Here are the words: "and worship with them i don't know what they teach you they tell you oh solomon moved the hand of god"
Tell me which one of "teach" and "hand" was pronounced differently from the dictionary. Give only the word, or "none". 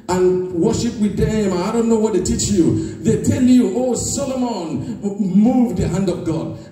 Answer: none